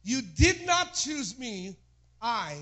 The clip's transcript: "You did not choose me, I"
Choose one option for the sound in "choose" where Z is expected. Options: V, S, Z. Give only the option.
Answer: Z